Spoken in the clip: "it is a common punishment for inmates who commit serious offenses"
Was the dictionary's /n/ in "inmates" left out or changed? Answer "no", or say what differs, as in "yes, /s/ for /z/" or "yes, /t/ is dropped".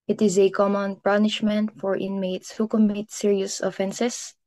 no